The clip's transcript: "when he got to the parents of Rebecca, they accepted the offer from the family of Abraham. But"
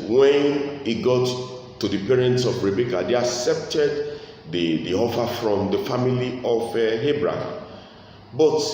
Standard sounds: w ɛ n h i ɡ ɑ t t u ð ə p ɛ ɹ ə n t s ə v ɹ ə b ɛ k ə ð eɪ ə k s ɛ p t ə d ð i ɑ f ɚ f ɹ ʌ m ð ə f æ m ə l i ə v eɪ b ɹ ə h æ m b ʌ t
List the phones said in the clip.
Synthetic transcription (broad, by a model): w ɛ n h i ɡ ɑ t t u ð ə p ɛ ɹ ə n t s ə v ɹ ə b ɛ k ə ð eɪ ə k s ɛ p t ə d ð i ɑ f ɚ f ɹ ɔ m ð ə f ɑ m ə l i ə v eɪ b ɹ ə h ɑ m b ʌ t